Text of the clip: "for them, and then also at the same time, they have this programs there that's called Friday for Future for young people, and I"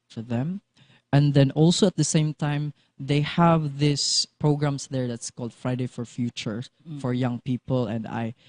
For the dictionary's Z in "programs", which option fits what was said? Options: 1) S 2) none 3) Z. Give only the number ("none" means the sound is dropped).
1